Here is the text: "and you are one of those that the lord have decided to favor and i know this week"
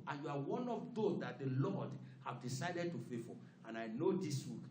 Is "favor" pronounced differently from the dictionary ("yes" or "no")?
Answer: yes